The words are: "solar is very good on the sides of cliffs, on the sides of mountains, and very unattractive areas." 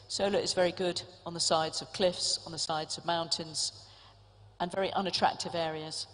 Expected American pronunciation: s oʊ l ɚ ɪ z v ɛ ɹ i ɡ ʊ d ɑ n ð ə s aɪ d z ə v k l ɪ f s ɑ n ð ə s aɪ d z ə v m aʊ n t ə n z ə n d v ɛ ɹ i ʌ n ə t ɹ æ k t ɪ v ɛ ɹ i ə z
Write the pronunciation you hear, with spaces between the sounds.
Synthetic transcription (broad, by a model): s oʊ l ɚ ɪ z v ɛ ɹ i ɡ ʊ d n ð ə s aɪ d z ə v k l ɪ f s n ð ə s aɪ d z ə v m aʊ n t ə n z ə n v ɛ ɹ i ʌ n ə t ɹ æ k t ɪ v ɛ ɹ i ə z